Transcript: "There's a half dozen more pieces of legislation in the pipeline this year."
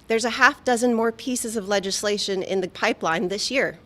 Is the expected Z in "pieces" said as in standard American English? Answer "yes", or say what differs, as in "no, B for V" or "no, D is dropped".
yes